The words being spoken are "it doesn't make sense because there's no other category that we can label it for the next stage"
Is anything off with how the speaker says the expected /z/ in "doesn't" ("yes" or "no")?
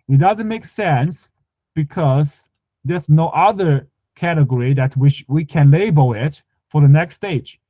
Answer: no